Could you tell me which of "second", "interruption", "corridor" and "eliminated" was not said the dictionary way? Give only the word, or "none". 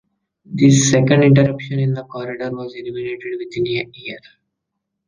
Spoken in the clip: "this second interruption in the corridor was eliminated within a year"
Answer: none